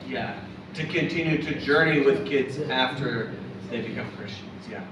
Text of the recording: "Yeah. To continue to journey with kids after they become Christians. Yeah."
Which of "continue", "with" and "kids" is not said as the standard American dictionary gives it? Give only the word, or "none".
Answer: none